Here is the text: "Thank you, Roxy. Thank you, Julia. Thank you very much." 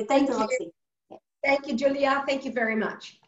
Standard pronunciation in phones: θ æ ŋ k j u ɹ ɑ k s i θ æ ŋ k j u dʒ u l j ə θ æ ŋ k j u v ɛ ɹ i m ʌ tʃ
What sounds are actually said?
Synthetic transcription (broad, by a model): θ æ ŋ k j u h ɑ s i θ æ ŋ k j u dʒ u l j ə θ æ ŋ k j u v ɛ ɹ i m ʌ tʃ